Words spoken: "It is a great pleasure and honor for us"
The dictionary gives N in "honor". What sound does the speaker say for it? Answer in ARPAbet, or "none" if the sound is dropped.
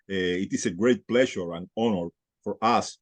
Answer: N